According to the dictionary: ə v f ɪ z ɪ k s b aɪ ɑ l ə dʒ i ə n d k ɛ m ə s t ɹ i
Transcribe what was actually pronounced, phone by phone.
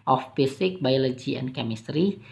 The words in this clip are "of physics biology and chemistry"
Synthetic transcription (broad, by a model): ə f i s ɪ k b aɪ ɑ l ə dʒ i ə n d k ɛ m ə s t ɹ i